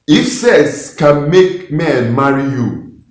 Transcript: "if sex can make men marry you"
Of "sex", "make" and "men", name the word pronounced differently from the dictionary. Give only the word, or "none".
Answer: sex